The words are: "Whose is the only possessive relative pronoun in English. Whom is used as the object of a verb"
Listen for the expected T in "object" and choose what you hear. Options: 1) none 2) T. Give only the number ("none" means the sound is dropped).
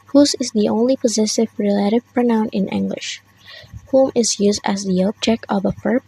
1